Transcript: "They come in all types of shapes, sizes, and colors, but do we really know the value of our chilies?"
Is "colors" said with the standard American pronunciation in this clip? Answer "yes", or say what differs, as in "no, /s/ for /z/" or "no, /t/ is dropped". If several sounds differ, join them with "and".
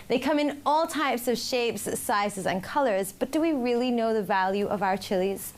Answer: yes